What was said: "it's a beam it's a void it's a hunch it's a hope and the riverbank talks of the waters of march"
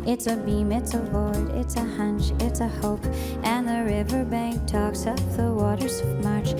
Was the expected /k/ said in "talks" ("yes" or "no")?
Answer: yes